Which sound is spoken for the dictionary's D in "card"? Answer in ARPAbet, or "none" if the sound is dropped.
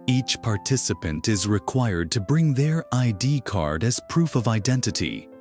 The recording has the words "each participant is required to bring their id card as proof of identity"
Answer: D